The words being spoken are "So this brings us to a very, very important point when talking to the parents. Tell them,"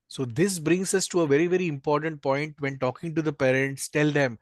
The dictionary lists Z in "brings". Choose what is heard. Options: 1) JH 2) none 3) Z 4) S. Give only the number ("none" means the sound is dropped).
4